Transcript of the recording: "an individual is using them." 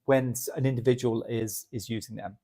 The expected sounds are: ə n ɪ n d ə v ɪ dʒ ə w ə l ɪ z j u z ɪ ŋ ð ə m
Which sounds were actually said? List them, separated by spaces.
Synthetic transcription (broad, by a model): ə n ɪ n d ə v ɪ dʒ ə w ə l ɪ z j u z ɪ ŋ ð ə m